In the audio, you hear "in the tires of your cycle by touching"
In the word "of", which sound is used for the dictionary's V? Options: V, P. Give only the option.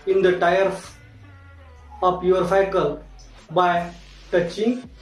P